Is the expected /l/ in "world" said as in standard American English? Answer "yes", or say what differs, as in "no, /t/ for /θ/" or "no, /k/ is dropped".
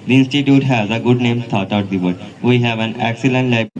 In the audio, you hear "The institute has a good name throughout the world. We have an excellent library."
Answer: no, /l/ is dropped